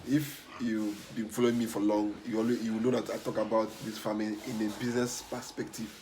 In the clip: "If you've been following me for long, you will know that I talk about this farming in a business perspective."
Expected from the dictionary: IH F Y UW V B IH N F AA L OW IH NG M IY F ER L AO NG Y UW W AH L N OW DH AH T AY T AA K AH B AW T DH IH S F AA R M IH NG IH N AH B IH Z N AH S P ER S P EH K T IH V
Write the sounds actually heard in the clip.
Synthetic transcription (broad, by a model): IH F Y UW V B IH N F AA L OW IH NG M IY F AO L AO NG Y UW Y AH W N OW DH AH T AY T AA K AH B AW T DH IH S F AA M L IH IH N AH B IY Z N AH S P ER S P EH K T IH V